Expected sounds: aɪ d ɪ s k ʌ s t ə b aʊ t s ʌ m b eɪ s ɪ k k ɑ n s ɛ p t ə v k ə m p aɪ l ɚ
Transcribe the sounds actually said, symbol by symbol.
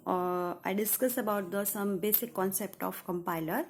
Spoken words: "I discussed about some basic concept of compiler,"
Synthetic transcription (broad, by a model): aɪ d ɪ s k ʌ s ə b aʊ t s ʌ m b eɪ s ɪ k k ɑ n s ɛ p t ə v k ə m p aɪ l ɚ